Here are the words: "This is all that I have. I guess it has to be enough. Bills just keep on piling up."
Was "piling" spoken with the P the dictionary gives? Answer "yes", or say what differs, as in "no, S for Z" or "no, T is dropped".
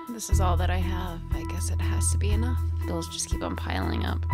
yes